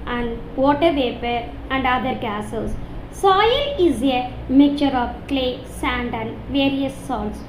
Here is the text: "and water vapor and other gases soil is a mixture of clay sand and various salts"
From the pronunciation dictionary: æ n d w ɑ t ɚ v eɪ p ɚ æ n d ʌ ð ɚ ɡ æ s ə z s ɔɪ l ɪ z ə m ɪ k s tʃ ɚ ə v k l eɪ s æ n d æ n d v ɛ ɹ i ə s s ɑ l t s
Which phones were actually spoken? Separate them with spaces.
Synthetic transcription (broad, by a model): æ n d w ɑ t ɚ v eɪ p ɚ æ n d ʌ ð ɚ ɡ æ s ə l s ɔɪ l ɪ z ə m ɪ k tʃ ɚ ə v k l eɪ s æ n d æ n d v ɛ ɹ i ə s s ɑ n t s